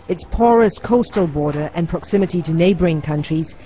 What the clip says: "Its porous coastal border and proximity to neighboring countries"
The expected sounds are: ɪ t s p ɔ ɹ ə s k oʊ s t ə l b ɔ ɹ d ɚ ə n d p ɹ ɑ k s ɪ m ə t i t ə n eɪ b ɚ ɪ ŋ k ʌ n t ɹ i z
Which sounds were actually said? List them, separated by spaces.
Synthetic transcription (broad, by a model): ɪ t s p ɔ ɹ ə s k oʊ s t ə l b ɔ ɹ d ɚ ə n p ɹ ɑ k s ɪ m ə t i t ə n eɪ b ɚ ɪ ŋ k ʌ n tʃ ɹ i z